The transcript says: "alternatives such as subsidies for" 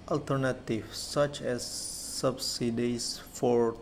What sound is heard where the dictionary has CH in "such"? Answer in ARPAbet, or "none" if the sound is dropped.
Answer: CH